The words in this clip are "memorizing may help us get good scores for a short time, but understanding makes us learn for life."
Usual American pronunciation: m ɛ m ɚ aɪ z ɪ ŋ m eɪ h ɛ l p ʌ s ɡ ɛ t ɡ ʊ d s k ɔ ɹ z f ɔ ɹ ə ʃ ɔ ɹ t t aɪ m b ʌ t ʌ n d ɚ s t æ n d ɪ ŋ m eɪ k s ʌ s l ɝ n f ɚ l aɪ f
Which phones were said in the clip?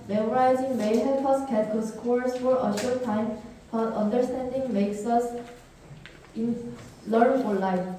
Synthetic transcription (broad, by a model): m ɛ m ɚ aɪ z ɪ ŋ m eɪ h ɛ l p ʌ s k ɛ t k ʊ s k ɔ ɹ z f ɔ ɹ ə ʃ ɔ ɹ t t aɪ m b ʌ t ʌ n d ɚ s t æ n d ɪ ŋ m eɪ k s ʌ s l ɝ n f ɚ l aɪ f